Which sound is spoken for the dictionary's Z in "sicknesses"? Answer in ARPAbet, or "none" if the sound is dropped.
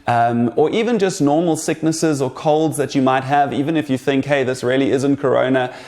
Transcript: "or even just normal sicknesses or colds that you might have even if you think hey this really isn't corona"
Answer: Z